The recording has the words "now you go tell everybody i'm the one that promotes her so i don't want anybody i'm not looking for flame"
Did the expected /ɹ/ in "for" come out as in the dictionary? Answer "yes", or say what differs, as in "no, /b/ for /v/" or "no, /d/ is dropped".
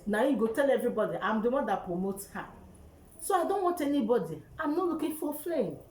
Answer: no, /l/ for /ɹ/